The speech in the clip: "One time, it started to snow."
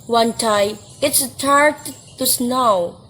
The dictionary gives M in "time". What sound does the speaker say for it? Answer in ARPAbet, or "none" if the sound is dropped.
none